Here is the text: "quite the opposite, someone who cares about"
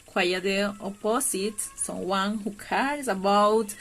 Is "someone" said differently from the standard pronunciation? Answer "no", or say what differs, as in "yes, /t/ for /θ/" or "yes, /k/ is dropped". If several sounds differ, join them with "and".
yes, /m/ is dropped